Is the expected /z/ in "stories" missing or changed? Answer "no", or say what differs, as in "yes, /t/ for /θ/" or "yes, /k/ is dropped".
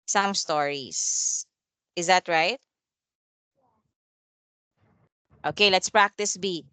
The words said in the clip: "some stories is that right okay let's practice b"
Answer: yes, /s/ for /z/